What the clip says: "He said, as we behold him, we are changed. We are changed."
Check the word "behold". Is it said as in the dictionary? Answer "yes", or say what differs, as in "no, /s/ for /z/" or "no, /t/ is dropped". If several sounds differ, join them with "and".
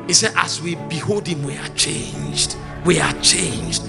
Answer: yes